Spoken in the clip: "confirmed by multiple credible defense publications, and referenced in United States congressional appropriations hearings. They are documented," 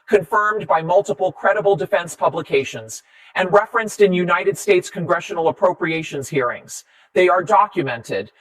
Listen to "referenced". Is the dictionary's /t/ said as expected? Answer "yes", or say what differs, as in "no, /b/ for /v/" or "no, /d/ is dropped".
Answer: yes